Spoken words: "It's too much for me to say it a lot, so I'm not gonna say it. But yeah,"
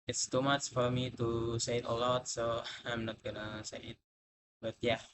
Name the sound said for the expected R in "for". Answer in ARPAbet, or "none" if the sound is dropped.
R